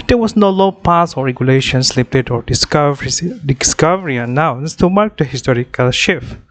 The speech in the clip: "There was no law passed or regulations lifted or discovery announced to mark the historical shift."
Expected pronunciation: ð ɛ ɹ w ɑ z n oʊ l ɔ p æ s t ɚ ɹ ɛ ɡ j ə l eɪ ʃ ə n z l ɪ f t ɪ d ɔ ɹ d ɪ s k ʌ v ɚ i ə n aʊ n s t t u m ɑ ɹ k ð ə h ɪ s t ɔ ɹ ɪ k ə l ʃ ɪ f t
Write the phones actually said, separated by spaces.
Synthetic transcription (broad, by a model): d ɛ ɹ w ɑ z n oʊ l ɔ p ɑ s ɔ ɹ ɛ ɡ j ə l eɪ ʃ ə n s l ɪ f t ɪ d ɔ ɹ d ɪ s k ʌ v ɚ i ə n aʊ n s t t u m ɑ ɹ k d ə h ɪ s t ɔ ɹ ɪ k ə l ʃ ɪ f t